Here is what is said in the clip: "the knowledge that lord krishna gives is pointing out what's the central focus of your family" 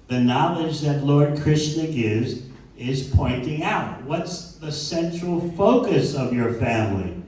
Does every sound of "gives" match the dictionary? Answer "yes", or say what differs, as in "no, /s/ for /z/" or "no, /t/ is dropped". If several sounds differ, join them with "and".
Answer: yes